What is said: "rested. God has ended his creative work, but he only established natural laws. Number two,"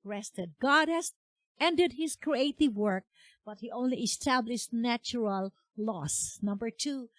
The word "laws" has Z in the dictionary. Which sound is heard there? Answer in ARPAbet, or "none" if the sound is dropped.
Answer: S